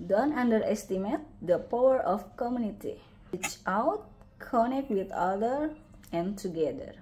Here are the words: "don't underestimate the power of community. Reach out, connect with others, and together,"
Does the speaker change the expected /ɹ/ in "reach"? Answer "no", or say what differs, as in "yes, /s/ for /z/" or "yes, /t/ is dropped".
yes, /w/ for /ɹ/